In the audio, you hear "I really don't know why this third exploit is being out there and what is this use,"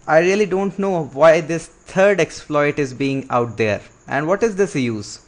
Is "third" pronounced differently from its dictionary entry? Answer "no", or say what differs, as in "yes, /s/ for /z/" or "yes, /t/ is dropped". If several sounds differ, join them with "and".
yes, /t/ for /θ/